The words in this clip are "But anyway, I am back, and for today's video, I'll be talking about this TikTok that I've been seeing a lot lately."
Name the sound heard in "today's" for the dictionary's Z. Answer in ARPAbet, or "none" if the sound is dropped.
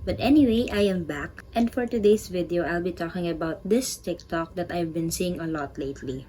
S